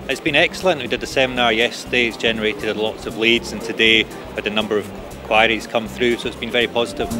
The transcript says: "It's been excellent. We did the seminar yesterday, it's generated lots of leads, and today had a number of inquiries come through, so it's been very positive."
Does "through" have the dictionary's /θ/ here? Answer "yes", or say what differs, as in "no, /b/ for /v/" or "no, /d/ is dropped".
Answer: yes